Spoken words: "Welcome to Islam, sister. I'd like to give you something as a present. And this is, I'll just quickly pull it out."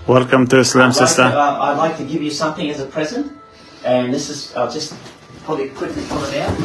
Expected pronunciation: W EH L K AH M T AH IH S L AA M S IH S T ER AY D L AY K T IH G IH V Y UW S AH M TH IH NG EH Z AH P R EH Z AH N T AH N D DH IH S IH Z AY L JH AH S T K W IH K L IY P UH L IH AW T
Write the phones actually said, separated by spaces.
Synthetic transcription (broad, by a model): W EH L K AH M T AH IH S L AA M S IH S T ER AY D L AY K T IH G IH V Y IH S AH M TH IH NG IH Z AH P R EH Z AH N T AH N DH IH S IH Z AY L JH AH S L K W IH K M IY F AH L IH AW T